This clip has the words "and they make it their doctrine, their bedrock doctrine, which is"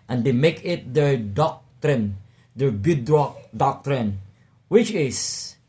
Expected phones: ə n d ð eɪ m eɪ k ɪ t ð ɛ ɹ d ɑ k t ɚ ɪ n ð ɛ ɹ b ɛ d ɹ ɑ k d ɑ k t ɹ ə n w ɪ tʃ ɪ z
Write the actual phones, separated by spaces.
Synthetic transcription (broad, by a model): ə n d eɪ m eɪ k ɪ t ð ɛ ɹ d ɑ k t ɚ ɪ n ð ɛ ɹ b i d ɑ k d ɑ k t ɹ ə n w ɪ tʃ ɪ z